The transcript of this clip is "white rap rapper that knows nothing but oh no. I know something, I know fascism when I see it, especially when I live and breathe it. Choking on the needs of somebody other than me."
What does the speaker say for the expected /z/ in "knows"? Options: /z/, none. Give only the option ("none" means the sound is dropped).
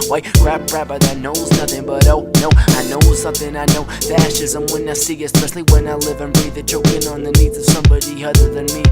/z/